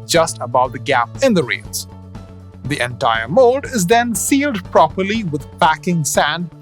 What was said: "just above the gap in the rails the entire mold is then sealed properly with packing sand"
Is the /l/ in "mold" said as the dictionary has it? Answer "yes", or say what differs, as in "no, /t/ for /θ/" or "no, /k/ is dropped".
no, /l/ is dropped